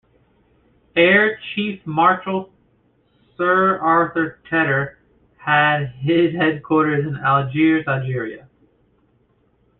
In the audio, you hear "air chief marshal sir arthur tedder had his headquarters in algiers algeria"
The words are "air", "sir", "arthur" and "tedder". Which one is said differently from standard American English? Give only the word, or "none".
none